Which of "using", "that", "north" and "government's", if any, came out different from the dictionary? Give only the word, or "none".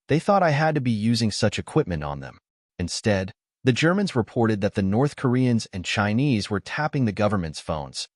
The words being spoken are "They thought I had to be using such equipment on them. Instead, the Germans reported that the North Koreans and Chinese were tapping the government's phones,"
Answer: none